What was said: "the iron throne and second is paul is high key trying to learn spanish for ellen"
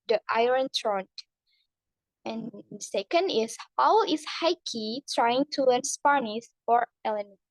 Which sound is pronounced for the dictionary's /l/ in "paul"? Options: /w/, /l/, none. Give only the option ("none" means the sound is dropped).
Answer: /w/